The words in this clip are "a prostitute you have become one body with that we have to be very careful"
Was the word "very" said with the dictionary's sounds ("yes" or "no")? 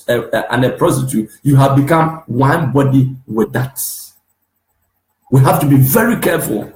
yes